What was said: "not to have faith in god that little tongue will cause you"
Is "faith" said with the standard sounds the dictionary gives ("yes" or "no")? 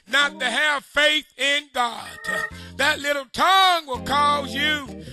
yes